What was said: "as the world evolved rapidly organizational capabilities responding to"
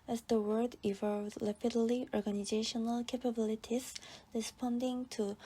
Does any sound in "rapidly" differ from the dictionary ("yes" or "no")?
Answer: yes